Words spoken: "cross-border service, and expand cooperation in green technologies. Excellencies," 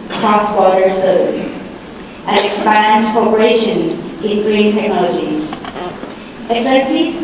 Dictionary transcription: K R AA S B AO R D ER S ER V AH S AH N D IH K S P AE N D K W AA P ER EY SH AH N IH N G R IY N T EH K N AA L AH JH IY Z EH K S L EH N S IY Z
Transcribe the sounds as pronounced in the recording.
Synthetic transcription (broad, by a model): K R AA S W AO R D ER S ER AH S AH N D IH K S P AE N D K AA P ER EY SH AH N IH N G R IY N T EH K N AA L AH JH IY Z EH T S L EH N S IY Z